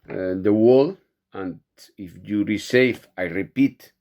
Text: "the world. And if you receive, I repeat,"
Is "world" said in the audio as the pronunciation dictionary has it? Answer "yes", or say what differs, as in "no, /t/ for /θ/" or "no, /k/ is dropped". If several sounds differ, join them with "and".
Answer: no, /d/ is dropped